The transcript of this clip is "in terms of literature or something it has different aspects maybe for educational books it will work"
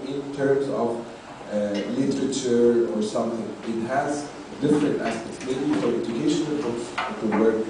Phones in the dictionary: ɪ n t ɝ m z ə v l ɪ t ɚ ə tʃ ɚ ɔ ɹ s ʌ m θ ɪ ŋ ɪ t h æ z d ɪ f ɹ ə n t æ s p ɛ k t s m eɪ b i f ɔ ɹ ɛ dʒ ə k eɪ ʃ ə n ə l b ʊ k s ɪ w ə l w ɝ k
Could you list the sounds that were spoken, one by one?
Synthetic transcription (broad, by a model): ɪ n t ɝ m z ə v l ɪ t ɚ ə tʃ ɚ ɔ ɹ s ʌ m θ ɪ ŋ ɪ t h æ z d ɪ f ɹ ə n t æ s p ɛ k t s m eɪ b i f ɔ ɹ ɛ dʒ ə k eɪ ʃ ə n ə l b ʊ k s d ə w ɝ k